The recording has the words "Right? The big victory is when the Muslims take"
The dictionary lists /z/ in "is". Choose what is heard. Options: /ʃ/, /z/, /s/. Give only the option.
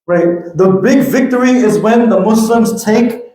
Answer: /z/